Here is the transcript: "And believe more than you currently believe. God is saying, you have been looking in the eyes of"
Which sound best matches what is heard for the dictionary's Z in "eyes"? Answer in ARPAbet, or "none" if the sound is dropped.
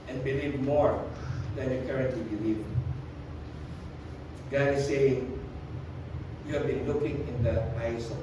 S